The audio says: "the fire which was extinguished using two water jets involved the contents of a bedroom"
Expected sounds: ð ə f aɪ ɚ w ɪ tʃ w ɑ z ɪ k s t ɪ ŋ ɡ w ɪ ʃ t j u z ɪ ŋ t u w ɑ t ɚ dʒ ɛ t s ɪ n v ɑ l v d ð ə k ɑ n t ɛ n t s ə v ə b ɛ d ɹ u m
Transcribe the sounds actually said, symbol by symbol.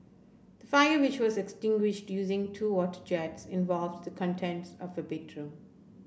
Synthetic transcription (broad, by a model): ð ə f aɪ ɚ w ɪ tʃ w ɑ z ɪ k s t ɪ ŋ ɡ w ɪ ʃ t j u z ɪ ŋ t u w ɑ t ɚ dʒ ɛ t s ɪ n v ɑ l v d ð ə k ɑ n t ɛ n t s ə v ə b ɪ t ɹ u